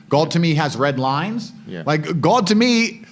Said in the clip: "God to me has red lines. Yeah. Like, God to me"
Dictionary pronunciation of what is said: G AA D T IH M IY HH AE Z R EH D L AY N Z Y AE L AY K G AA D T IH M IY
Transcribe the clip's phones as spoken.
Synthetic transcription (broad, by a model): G AA D T IH M IY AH Z R EH D L AY N Z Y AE L AY K G AA D T IH M IY